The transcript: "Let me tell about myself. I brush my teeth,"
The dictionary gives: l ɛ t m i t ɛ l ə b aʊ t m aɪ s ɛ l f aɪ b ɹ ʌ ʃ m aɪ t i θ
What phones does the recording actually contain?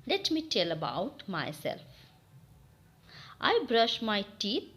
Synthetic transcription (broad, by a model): l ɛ t m i t ɛ l ə b aʊ t m aɪ s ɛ l f aɪ b ɹ ʌ ʃ m aɪ t i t